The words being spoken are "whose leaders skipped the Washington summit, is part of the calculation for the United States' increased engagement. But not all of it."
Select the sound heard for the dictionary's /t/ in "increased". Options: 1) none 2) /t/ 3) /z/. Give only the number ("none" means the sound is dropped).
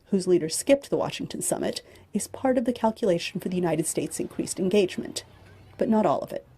2